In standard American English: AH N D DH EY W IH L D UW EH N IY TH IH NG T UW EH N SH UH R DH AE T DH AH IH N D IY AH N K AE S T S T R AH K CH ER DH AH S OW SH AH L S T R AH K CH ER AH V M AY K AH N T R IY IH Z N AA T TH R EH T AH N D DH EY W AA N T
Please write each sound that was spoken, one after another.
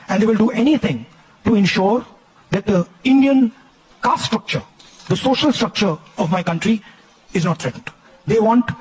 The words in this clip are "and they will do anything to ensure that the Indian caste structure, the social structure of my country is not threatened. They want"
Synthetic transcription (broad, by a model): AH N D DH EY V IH L D UW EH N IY T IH NG T UW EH N SH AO R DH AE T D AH IH N D IY AH N K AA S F S T R AH K CH ER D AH S OW SH AH L S T R AH K CH ER AH V M AY K AH N T R IY IH Z N AA T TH R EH T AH N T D EY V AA N T